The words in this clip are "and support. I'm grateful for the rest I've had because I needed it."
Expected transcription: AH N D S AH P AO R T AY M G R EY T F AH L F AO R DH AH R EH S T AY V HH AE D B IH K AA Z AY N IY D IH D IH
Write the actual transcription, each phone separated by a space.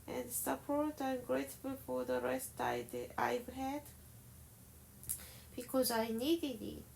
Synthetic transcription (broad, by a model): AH N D S AH P AO R T AY M G R EY T F AH L F AO R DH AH R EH S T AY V HH AE D B IH K AA Z AY N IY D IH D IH